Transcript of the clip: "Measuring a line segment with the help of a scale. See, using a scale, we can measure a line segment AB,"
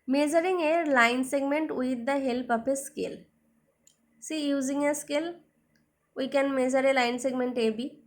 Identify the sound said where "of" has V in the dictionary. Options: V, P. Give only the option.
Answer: P